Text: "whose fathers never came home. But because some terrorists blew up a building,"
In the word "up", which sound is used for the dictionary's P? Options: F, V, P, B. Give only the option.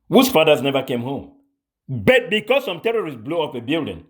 F